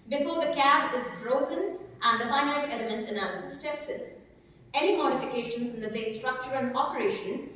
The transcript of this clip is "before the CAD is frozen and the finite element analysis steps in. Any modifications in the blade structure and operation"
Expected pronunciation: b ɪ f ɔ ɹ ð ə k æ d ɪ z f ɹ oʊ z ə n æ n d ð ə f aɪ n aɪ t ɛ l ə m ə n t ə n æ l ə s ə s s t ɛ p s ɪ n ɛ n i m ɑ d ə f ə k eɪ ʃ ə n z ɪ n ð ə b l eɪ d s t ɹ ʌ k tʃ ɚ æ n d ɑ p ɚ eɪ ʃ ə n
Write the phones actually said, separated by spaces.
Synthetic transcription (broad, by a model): b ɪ f ɔ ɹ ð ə k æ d ɪ z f ɹ oʊ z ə n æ n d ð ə f aɪ n aɪ t ɛ l ə m ə n t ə n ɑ ə s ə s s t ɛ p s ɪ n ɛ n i m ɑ d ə f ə k eɪ ʃ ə n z ɪ n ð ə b l eɪ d s t ɹ ʌ k tʃ ɚ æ n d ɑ p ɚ eɪ ʃ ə n